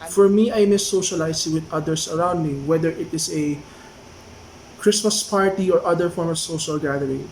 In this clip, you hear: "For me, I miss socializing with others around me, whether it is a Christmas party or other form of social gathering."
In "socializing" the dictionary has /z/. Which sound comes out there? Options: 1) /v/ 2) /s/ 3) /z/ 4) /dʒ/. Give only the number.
2